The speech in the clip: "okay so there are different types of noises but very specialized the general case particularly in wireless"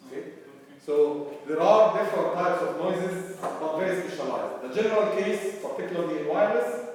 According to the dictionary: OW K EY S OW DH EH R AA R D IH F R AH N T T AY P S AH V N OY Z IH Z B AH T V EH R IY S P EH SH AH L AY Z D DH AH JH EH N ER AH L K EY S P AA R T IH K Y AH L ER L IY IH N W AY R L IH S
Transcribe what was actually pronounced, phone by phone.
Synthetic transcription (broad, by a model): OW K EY S OW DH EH R AA R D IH F R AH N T T AY P S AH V N OY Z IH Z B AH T V EH R IY S P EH SH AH L AY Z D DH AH JH EH N ER AH L K EY S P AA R T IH K Y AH L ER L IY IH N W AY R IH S